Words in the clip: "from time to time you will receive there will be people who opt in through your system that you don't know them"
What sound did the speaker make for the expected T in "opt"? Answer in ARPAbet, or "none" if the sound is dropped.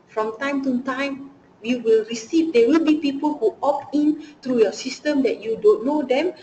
none